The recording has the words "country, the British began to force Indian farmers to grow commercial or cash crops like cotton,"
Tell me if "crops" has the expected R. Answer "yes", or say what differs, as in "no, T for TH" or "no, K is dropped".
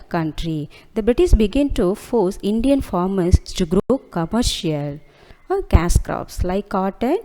yes